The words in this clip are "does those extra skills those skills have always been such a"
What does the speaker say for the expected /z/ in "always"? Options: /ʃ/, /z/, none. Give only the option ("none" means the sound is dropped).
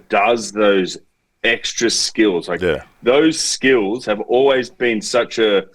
/z/